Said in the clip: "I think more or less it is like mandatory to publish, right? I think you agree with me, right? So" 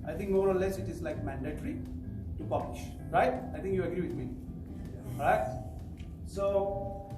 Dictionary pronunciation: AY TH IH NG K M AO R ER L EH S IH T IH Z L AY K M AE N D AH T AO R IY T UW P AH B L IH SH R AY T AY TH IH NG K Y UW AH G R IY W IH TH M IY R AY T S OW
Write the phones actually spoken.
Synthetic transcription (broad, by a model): AY T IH NG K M AO R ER L EH S IH T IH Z L AY K M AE N D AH T R IY T UW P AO L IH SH R AY T AY T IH NG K Y UW AH G R IY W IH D M IY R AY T S OW